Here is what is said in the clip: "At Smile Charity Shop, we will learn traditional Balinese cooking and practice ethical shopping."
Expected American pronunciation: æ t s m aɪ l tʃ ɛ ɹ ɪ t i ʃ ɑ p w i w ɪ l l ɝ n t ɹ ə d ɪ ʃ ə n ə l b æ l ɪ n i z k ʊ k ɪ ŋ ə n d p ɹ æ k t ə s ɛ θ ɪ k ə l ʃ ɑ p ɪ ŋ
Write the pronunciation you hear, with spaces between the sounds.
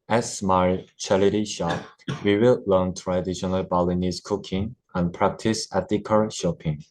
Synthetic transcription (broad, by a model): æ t s m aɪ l tʃ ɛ l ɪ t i ʃ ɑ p w i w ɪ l l ɝ n t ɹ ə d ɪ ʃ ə n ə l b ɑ l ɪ n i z k ʊ k ɪ ŋ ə n p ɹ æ k t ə s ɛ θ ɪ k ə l ʃ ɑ p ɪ ŋ